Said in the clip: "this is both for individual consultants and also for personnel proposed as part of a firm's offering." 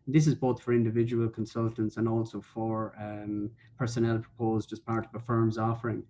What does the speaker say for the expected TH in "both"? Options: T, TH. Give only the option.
TH